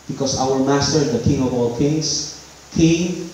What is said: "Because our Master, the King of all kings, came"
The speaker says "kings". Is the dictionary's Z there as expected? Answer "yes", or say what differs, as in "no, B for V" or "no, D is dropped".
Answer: no, S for Z